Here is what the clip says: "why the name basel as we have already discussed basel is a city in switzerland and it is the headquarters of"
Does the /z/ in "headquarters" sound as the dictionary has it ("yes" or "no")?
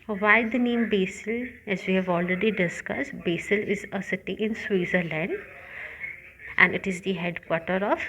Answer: no